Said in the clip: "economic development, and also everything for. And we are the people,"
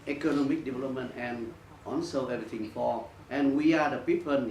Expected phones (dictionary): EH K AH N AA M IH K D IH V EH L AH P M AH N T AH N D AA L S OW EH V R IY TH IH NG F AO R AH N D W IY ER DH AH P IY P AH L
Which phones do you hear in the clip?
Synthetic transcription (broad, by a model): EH K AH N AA M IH K D IH V EH L AH P M AH N T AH N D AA N S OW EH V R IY T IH NG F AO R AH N W IY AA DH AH P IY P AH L